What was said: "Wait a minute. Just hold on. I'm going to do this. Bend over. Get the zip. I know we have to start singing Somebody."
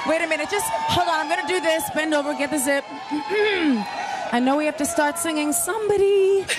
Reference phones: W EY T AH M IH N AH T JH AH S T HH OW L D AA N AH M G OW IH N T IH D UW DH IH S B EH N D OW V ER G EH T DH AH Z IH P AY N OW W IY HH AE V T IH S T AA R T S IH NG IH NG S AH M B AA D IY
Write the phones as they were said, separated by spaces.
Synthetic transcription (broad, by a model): W EY T AH M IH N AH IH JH AH S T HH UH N AA AH M G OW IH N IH D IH DH IH S B EH N D OW V ER G EH T DH AH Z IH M AY N OW W IY HH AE F T IH S T AA R T S IH NG IH NG S AH M B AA D IY